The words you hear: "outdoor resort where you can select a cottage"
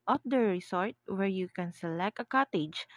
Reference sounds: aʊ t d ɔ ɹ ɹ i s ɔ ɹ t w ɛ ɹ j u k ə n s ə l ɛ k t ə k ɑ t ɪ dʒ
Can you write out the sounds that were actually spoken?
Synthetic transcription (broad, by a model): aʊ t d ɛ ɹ ɹ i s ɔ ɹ t w ɛ ɹ j u k ə n s ə l ɛ k t ə k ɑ t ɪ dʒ